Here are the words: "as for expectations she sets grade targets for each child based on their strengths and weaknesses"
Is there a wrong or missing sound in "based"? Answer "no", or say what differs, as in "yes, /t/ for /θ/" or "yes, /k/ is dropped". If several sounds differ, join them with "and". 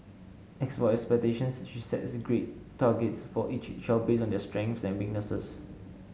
yes, /t/ is dropped